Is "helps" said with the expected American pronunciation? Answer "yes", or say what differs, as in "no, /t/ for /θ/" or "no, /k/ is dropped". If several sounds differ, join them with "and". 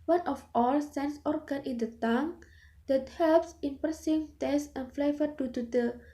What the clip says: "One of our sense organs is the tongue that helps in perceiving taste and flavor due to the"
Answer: yes